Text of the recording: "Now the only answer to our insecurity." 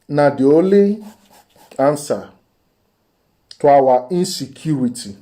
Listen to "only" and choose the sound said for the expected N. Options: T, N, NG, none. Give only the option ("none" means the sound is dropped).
none